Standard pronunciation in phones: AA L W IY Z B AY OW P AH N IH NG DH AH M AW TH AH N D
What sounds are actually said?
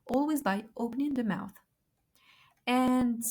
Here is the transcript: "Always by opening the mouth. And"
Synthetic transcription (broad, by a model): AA L W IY Z B AY OW P AH N IH NG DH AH M AW TH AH N